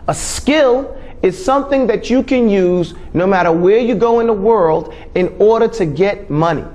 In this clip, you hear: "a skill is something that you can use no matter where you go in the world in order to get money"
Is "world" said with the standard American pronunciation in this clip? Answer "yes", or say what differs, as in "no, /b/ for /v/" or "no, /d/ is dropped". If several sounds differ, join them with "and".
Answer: yes